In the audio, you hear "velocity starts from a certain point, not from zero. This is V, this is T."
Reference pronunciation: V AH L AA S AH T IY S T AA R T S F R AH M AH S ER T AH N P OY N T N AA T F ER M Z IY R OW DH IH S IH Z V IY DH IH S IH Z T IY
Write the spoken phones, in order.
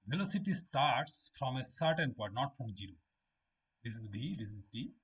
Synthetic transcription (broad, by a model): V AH L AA S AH T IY S T AA R T S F R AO M AH S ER T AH N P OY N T N AA T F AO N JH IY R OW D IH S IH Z B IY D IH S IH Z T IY